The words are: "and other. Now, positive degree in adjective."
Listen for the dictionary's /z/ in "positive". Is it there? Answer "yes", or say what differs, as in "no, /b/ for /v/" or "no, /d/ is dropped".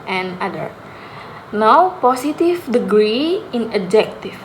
no, /s/ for /z/